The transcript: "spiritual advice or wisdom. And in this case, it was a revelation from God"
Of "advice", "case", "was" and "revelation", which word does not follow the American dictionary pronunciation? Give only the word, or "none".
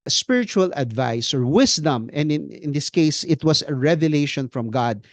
was